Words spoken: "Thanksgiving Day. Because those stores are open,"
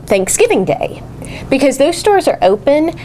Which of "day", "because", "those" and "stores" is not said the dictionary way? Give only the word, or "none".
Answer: none